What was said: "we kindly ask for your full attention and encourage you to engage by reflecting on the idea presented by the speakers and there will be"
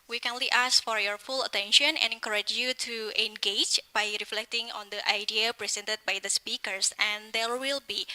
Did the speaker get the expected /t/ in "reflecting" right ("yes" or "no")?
yes